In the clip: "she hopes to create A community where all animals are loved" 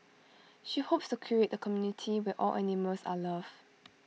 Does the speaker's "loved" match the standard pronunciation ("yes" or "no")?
no